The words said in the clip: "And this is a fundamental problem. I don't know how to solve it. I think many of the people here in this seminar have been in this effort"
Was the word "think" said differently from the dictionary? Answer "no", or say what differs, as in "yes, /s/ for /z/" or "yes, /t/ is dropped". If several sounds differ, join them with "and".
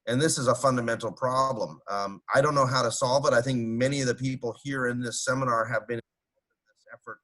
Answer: no